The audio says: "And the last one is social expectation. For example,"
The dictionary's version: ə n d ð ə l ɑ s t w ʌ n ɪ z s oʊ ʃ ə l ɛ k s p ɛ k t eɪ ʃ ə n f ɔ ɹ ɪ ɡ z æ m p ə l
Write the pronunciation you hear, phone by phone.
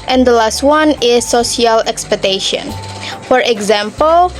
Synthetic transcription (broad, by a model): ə n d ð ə l ɑ s t w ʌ n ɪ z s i ə l ɛ k s p ɛ k t eɪ ʃ ə n f ɔ ɹ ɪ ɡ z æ m p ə l